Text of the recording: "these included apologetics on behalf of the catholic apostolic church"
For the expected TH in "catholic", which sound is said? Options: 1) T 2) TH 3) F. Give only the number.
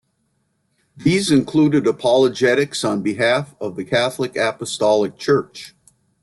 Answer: 2